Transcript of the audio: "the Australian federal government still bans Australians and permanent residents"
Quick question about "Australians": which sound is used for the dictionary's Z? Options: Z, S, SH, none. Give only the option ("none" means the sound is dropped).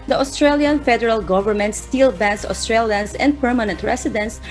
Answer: S